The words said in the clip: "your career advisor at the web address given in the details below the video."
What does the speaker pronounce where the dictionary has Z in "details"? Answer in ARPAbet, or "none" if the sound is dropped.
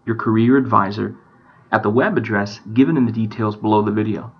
Z